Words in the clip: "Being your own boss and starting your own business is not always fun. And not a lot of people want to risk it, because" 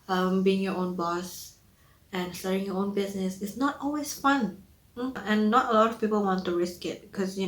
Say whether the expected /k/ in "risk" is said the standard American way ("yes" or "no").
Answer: yes